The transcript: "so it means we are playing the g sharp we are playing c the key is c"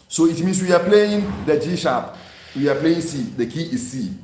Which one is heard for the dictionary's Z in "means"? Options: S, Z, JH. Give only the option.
S